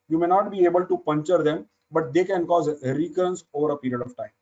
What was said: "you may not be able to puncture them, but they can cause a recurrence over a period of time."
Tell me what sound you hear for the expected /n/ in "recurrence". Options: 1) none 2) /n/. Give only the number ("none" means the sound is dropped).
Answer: 2